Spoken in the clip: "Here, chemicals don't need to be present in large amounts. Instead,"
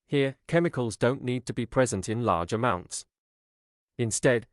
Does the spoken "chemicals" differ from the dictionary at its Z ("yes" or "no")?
no